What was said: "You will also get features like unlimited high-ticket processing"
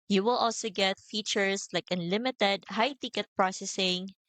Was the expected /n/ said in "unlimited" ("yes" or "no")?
yes